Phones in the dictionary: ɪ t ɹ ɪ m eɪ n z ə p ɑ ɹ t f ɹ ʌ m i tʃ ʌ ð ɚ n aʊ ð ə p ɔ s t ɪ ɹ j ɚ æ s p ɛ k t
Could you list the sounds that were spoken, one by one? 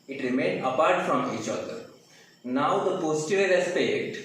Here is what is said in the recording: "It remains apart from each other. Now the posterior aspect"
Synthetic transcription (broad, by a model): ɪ t ɹ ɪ m eɪ n ə p ɑ ɹ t f ɹ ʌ m i tʃ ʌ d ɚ n aʊ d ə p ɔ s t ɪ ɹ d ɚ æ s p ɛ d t